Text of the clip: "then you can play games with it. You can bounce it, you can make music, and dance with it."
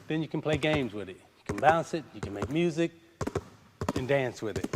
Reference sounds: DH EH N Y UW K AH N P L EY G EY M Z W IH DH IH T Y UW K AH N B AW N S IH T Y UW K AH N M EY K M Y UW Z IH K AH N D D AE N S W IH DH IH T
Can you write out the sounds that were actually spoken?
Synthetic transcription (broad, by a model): DH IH N Y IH K N P L EY G EY M Z W IH DH IH T Y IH K AH N B AW N S IH T Y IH K AH N M EY K M Y UW Z IH K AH N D D AE N S W IH DH IH T